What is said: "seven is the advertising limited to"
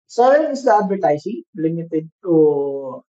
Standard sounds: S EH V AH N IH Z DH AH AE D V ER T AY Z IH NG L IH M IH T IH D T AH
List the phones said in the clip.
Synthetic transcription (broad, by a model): S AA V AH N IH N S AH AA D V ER T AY S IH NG L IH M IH T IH D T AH